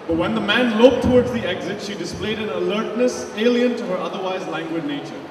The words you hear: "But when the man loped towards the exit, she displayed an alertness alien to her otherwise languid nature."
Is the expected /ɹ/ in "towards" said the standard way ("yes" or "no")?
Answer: yes